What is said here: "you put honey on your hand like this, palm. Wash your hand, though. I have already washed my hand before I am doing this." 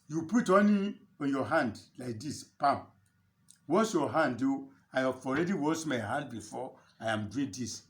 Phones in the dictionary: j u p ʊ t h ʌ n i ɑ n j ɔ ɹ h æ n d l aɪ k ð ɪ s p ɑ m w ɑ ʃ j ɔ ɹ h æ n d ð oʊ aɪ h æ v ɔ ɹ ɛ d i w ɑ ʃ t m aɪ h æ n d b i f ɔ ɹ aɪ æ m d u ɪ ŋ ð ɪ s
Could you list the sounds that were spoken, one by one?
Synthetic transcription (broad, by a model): j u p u t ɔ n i ɑ n j ɔ h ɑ n d l aɪ k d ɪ s p ɑ m w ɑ s j ɔ h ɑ n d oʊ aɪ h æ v ɔ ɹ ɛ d i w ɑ s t m aɪ h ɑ n d b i f ɔ aɪ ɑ m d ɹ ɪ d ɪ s